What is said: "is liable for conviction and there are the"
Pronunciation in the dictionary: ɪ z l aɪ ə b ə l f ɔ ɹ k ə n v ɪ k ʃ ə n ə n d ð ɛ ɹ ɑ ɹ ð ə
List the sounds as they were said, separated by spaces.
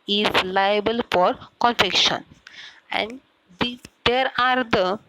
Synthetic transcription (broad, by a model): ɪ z l aɪ ə b ə l f ɔ ɹ k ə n f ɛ k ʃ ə n ə n d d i ɹ ɑ ɹ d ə